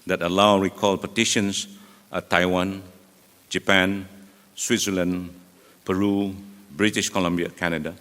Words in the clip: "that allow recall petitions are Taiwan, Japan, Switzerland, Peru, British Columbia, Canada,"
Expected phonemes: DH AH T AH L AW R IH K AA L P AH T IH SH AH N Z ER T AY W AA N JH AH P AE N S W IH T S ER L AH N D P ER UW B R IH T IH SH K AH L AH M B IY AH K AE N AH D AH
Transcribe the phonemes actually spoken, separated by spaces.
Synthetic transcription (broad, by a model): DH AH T AH L AW R IH K AA L P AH T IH SH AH N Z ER T AY W AA N JH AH P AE N S W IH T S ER L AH N P ER UW B R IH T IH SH K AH L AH M B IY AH K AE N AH D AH